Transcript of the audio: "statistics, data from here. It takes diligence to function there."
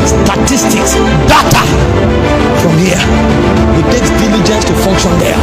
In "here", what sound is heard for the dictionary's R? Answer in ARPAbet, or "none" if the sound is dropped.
W